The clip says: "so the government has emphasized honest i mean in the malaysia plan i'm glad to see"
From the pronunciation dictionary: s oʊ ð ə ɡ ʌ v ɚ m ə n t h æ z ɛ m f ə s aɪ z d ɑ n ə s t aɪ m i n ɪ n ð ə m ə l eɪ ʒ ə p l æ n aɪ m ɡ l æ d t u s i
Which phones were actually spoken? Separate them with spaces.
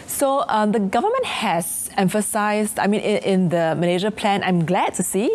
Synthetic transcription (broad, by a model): s oʊ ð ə ɡ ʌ v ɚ m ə n t h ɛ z ɛ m f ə s aɪ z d ɑ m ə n t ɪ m ɪ n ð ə m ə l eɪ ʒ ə p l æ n aɪ m ɡ l æ d t u s i